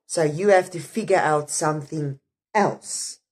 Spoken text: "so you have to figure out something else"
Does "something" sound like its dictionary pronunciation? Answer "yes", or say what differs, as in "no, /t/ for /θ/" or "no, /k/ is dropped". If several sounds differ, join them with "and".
yes